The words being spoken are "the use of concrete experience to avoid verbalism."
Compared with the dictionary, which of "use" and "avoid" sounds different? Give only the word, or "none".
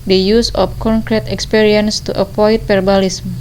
avoid